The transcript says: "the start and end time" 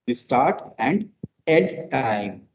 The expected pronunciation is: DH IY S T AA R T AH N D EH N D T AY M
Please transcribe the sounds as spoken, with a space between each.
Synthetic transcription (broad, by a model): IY S T AA R T AH N D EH L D T AY M